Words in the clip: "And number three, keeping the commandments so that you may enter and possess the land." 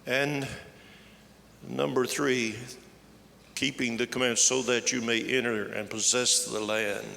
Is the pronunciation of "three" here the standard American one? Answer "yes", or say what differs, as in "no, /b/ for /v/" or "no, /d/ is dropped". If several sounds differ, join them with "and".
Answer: yes